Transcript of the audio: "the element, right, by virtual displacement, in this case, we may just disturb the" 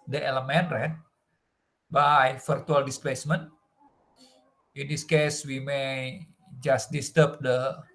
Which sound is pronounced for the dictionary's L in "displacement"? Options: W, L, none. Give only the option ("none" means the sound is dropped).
L